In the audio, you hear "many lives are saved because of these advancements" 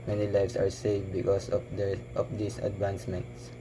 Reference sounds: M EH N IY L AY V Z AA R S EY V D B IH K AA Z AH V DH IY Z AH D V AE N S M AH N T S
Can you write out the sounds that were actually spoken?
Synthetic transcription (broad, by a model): M EH N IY L AY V S AA R S EY V D B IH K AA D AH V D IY S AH D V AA N S M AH N T S